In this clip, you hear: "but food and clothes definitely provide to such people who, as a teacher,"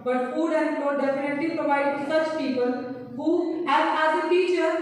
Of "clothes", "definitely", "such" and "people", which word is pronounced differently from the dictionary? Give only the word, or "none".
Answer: clothes